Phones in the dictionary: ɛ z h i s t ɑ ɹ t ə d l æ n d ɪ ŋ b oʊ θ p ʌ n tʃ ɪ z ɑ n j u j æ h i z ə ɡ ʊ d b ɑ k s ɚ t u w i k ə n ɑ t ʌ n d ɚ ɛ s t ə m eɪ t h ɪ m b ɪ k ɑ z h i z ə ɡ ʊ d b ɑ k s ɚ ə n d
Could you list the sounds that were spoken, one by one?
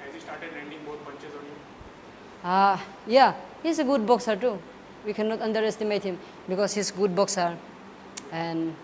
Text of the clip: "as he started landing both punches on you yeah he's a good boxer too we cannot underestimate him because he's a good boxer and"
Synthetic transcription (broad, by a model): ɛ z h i s t ɑ ɹ t ə d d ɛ n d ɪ ŋ b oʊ t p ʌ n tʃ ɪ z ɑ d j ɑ j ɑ h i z ə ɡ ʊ d b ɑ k s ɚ t u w i k ə n ɑ t ʌ n d ɚ ɛ s t ə m eɪ t h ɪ m b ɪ k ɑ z h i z ɡ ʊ d b ɑ k s ɚ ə n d